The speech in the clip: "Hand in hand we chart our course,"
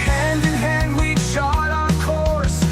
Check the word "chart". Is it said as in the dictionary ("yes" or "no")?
no